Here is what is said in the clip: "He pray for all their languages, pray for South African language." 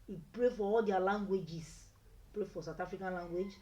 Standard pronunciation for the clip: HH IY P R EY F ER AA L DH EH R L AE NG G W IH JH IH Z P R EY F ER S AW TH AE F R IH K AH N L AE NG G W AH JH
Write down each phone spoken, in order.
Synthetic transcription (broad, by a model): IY P R EY F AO AA L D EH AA L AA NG G W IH JH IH S P R EY F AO S AW T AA F R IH K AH N L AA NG G W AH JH